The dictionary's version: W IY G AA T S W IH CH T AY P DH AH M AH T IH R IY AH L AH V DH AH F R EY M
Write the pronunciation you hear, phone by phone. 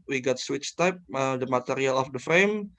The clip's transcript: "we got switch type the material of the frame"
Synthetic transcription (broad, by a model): W IY G AA T S W IH CH T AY P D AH M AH T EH R IY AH L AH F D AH F R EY M